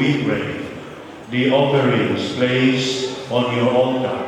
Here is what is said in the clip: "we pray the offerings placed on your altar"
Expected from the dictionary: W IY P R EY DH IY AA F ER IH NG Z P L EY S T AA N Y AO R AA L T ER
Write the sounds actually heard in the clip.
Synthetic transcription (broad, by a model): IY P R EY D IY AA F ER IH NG S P L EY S AA N Y AO R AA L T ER